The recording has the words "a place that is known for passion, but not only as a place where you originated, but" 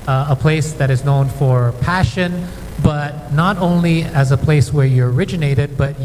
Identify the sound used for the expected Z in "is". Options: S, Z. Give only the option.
Z